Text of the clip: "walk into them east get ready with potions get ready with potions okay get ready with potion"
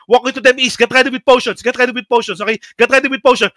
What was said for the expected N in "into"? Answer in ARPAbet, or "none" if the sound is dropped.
none